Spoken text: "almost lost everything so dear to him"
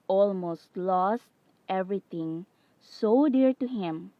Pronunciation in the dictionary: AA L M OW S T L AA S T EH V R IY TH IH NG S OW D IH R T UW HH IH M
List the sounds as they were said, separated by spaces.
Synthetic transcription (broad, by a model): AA L M OW S T L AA S T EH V R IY T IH NG S OW D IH R T UW HH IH M